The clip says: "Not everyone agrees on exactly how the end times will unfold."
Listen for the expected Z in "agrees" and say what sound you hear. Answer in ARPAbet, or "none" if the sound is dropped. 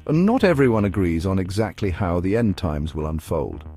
Z